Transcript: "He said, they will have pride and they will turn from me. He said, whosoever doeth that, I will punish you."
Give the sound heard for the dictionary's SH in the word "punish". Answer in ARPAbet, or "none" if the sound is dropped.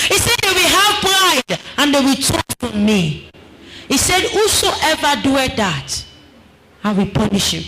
SH